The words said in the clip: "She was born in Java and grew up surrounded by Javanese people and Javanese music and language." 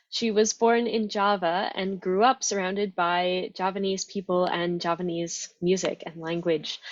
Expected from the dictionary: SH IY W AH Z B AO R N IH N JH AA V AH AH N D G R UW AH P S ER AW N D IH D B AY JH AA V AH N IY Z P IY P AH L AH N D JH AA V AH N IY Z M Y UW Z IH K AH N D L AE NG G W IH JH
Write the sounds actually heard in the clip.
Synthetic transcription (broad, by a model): SH IY W AH Z B AO R N IH N JH AA V AH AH N G R UW AH P S ER AW N D IH D B AY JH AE P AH N IY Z P IY P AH L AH N JH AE P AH N IY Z M Y UW Z IH K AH N L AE NG G W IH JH